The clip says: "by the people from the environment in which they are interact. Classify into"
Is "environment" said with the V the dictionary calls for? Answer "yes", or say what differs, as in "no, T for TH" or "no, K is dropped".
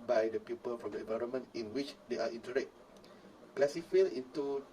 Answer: yes